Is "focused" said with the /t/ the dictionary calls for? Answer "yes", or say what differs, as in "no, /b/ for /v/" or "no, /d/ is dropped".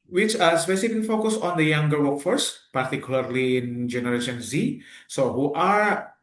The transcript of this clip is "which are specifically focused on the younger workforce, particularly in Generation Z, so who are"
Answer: no, /t/ is dropped